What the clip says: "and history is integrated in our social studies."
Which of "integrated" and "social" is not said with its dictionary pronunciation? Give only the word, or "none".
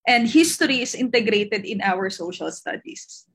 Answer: none